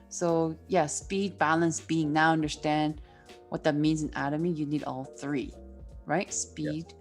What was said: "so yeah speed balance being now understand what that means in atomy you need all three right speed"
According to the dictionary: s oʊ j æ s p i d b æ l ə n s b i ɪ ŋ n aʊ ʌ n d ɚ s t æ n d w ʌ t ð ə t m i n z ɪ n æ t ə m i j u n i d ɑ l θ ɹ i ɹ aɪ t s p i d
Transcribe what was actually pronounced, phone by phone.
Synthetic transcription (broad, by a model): s oʊ j æ s p i d b æ l ə n s b i ɪ ŋ n aʊ ʌ n d ɚ s t æ n d w ʌ t ð ə t m i n z ɪ n æ t ə m i j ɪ n i d ɑ l θ ɹ i ɹ aɪ t s p i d